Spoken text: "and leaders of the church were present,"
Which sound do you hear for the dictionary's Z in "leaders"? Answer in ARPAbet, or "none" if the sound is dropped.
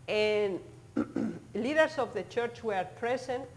S